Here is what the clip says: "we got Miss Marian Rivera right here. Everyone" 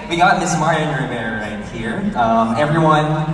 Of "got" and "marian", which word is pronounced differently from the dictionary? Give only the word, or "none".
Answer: marian